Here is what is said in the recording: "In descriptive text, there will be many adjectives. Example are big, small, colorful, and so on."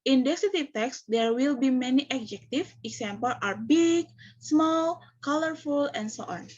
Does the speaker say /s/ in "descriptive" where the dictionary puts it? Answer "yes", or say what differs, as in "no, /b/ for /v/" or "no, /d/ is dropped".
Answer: no, /s/ is dropped